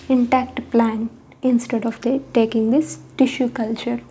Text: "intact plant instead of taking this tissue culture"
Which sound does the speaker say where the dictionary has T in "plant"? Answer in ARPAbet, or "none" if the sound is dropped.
none